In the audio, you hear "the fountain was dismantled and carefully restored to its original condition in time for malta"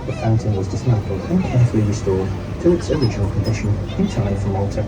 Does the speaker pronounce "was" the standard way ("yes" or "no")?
yes